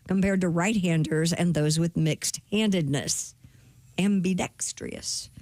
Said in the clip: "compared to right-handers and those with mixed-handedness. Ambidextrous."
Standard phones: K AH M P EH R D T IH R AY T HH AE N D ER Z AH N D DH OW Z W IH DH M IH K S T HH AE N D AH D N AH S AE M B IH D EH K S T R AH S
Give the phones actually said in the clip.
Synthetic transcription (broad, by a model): K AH M P EH R D T IH R AY T HH AE N D ER Z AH N DH OW Z W IH DH M IH K S T HH AE N D AH D N AH S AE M B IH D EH K S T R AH S